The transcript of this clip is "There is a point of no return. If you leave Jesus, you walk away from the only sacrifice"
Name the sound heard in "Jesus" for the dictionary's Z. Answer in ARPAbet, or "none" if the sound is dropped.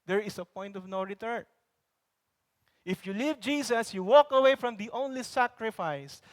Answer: S